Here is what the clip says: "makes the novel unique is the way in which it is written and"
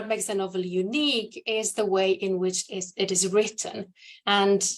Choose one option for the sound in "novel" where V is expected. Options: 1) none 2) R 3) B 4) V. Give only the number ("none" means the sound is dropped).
4